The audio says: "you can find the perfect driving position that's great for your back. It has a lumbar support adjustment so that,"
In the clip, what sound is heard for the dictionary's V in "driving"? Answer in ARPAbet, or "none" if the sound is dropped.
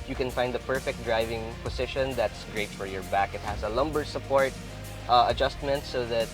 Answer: V